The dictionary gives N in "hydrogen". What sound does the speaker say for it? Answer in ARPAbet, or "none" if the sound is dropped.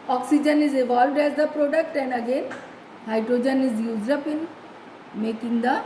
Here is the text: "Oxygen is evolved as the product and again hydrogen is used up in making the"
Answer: N